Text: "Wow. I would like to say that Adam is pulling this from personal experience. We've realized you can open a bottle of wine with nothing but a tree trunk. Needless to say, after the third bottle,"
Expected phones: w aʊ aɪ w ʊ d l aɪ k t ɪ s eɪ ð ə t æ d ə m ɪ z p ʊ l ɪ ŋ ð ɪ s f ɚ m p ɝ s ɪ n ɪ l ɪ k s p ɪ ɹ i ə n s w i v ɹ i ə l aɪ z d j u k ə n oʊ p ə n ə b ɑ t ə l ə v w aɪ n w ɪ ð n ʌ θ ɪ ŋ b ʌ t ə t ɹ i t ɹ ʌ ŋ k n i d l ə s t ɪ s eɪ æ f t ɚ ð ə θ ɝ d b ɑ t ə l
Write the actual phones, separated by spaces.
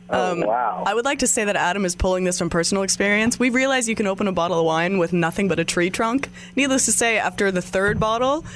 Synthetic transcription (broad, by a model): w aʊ aɪ w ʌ d l aɪ k t ɪ s eɪ ð ə t æ d ə m ɪ z p ʊ l ɪ ŋ ð ɪ s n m p ɝ s n l ɪ k s p ɪ ɹ i ə n s w i v ɹ i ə l aɪ z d j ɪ k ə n oʊ p ə n ə b ɑ t l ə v w aɪ n w ɪ ð n ʌ θ ɪ ŋ b ʌ t ə t ɹ i t ɹ ʌ ŋ k n i d l ə s t ɪ s eɪ æ f t ɚ ð ə θ ɝ d b ɑ t l